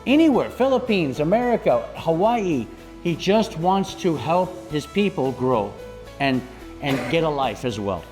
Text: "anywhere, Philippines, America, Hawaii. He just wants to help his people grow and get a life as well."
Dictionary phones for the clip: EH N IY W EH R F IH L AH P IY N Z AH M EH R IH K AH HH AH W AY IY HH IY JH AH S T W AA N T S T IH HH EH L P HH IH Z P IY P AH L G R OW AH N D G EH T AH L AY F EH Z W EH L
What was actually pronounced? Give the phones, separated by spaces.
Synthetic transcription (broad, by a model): EH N IY W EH R F IH L AH P IY N Z AH M EH R IH K AH HH AH W AY IY HH IY JH AH S T W AA N T S T IH HH EH L P HH IH Z P IY P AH L G R OW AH N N G EH T AH L AY F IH Z W EH L